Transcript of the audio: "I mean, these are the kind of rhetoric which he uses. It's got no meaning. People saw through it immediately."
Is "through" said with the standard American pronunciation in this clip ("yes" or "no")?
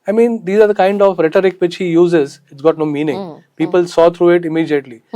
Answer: no